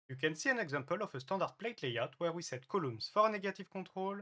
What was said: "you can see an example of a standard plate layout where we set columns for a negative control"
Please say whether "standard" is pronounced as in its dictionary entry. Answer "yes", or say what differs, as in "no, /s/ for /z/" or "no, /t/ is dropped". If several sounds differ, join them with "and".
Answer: no, /n/ is dropped